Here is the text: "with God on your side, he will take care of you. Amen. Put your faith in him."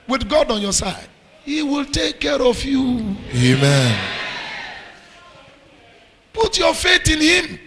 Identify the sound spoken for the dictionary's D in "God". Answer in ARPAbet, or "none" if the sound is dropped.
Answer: D